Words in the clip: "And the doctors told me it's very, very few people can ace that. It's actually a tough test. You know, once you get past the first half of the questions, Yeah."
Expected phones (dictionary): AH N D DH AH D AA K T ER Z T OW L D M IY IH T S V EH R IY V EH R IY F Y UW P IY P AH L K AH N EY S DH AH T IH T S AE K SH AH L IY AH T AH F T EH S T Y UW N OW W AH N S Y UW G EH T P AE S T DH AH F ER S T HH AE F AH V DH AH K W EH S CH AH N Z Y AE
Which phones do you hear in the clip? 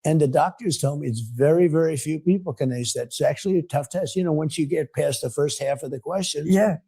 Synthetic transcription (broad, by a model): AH N DH AH D AA K T ER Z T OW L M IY IH T S V EH R IY V EH R IY F Y UW P IY P L K AH N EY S DH AH T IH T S AE K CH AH L IY AH T AH F T EH S T Y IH N OW W AH N S Y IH G EH T P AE S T DH AH F ER S T HH AE F AH V DH AH K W EH S CH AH N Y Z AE